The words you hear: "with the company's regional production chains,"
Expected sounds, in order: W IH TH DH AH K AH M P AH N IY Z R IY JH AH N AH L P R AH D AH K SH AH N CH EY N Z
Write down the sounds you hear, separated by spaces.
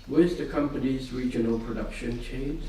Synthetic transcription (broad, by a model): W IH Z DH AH K AH M P AH N IY Z R IY JH AH N AH L P R AH D AH K SH AH N CH EY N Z